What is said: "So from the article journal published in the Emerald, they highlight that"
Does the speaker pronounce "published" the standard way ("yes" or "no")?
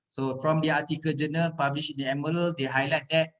no